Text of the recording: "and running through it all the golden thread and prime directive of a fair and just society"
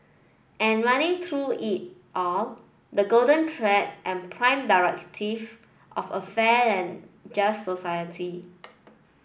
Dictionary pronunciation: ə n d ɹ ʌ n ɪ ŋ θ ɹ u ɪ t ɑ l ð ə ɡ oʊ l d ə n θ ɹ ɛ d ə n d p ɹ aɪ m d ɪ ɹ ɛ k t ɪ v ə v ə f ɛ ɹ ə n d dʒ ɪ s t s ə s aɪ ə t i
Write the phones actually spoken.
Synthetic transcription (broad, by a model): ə n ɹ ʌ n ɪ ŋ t ɹ u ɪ t ɑ l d ə ɡ oʊ l d ə n t ɹ ɛ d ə n p ɹ aɪ m d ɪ ɹ ɛ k t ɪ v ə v ə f ɛ l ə n dʒ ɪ s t s ə s aɪ ə t i